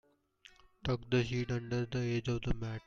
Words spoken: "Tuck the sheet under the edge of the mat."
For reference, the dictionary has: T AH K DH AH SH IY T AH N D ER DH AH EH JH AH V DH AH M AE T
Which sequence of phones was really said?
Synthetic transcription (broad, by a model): T AH K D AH SH IY T AH N D ER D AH EH JH AH V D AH M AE